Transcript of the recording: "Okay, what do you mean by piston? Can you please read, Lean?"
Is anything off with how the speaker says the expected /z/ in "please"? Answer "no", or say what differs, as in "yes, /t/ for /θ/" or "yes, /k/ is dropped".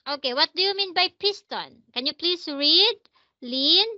yes, /s/ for /z/